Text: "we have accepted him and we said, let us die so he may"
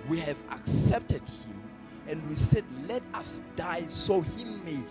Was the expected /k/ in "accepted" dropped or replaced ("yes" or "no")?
no